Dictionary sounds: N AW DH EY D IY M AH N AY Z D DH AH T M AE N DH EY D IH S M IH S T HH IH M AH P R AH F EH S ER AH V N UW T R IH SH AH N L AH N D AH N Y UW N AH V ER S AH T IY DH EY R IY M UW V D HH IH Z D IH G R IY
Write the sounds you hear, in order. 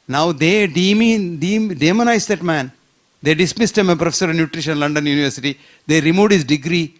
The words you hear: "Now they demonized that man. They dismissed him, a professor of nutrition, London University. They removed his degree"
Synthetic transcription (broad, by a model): N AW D EY D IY M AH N AY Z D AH T M AE N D EY D IH S M IH S T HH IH M AH P R AH F EH S ER AH V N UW T R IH SH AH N L AH N D AH N Y UW N AH V ER S AH T IY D EY R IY M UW D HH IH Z D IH G R IY